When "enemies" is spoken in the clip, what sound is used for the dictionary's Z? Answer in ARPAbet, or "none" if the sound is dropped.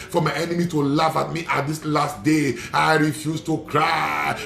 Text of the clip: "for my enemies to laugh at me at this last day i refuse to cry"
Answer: none